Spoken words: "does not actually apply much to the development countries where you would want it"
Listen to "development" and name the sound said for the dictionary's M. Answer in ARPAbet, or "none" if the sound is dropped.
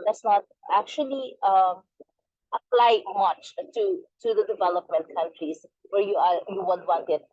M